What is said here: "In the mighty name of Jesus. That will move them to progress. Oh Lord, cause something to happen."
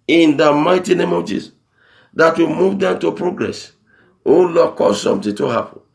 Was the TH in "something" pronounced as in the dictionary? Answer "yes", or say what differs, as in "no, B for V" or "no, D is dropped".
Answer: no, T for TH